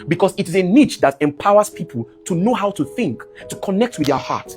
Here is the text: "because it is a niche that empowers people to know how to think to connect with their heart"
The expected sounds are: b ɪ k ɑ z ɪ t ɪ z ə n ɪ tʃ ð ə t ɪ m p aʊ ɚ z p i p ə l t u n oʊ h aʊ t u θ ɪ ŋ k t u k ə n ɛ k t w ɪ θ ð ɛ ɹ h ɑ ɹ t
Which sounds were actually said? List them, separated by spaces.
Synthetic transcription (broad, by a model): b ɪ k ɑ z ɪ t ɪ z ə n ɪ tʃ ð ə t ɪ m p aʊ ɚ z p i p ə l t u n oʊ h aʊ t u θ ɪ ŋ k t u k ə n ɛ k t w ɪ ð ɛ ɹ h ɑ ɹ t